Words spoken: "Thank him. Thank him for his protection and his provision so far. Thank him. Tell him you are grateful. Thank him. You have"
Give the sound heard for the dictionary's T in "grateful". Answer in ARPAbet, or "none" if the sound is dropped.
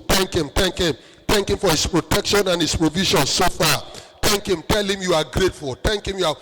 T